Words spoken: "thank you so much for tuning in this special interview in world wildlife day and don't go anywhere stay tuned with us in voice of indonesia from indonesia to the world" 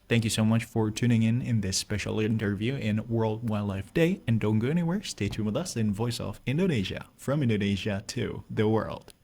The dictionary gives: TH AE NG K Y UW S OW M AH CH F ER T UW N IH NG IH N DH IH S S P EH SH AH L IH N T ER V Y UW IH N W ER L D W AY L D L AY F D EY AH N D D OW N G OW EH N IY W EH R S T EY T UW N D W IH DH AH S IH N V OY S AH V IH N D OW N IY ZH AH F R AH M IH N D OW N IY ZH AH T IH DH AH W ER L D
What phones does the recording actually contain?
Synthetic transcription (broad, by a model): TH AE NG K Y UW S OW M AH CH F ER T UW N IH NG IH N DH IH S S P EH SH L IH N T ER V Y UW IH N W ER L D W AY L L AY F D EY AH N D D OW N G OW EH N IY W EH R S T EY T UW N W IH DH AH S IH N V OY S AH F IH N D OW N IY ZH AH F R AH M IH N D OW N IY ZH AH T IH DH AH W ER L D